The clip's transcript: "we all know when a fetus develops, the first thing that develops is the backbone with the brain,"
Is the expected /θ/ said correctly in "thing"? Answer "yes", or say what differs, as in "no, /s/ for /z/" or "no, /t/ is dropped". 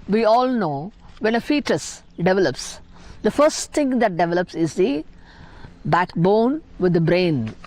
no, /t/ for /θ/